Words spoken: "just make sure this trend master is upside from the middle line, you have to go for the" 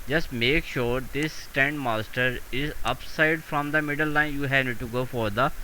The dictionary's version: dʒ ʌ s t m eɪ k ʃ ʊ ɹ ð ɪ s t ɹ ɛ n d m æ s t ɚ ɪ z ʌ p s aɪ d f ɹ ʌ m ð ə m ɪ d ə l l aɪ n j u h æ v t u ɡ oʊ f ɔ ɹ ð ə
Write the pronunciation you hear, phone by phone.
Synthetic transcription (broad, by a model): dʒ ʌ s t m eɪ k ʃ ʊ ɹ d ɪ s t ɛ n d m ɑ s t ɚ ɪ z ʌ p s aɪ d f ɹ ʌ m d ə m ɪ d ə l l aɪ n j u h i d t u ɡ oʊ f ɔ ɹ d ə